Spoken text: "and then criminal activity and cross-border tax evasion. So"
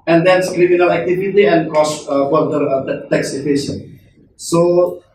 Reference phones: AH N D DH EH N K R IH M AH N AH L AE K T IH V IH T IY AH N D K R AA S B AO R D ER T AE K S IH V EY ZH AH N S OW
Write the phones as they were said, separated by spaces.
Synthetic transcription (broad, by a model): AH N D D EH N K R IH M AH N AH L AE K T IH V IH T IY AH N D K AA S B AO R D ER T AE K S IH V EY SH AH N S OW